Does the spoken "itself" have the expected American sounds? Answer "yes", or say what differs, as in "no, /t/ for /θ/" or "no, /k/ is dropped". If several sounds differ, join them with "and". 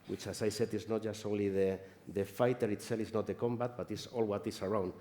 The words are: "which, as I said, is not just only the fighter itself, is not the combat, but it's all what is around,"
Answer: no, /f/ is dropped